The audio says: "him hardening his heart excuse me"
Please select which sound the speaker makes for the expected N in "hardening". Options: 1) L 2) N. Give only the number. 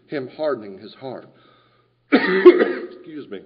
2